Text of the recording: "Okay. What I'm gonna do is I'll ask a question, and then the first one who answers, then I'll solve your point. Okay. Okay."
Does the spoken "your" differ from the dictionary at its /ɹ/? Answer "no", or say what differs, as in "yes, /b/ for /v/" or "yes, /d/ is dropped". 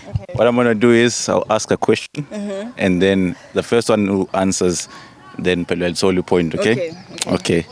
yes, /l/ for /ɹ/